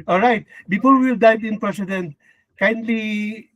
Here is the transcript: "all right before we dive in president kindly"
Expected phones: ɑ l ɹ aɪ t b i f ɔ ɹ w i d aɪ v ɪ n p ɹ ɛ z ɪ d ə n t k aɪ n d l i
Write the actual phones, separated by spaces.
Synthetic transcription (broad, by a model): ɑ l ɹ aɪ t b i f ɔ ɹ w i d aɪ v ɪ n p ɹ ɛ s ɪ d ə n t k aɪ n d l i